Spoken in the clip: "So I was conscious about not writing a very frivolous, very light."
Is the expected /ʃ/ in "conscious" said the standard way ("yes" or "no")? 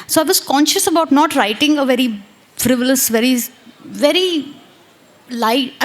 yes